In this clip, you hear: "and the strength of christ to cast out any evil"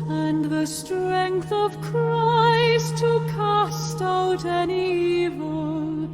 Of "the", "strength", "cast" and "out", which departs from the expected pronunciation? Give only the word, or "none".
none